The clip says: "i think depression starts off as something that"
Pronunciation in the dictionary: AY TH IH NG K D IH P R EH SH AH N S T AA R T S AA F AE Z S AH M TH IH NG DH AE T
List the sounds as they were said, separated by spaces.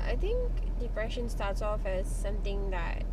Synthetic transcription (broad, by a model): AY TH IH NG K D IH P R EH SH AH N S T AA T S AA F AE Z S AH M T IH NG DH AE T